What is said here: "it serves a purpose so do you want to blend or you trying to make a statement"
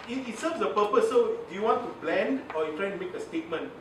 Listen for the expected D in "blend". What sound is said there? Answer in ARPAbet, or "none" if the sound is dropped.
D